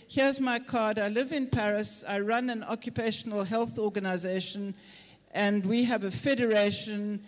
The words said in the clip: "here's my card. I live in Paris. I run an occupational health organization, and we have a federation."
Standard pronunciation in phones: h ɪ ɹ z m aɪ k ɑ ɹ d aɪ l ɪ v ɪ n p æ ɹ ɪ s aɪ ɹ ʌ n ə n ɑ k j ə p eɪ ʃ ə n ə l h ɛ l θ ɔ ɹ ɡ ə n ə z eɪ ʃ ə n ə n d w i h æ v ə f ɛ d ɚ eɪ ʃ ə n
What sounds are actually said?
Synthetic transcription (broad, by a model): h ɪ z m aɪ k ɑ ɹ d aɪ l ɪ v ɪ n p æ ɹ ɪ s aɪ ɹ ʌ n ə n ɑ k j ə p eɪ ʃ ə n ə l h ɛ l θ ɔ ɡ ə n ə z eɪ ʃ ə n ə n d w i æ v ə f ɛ d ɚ eɪ ʃ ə n